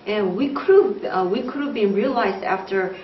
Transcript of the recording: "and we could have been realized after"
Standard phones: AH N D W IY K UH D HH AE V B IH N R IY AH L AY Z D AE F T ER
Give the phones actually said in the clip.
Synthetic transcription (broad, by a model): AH N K W IY K UH D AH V B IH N R IY AH L AY Z D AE F T ER